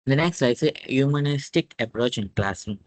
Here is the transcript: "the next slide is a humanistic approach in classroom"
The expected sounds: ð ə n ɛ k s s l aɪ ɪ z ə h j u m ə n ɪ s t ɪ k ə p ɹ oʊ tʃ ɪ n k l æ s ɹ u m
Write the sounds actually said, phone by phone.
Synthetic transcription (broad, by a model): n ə n ɛ k s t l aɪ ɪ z ə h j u m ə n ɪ s t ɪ k ə p ɹ oʊ tʃ ɪ n k l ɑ s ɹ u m